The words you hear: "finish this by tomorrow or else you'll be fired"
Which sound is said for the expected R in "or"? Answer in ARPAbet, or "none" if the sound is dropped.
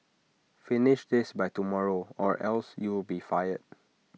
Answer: R